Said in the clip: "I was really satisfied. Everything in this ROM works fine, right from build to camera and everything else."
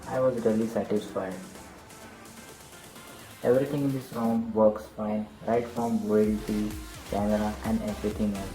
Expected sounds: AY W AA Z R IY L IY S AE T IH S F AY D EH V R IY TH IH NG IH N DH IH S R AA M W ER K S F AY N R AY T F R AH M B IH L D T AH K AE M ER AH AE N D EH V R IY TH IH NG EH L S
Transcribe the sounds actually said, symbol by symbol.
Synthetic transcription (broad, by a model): AY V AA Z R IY L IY S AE T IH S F AY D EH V R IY T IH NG IH N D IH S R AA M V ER K S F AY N R AY T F R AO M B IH D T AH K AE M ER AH AE N D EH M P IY T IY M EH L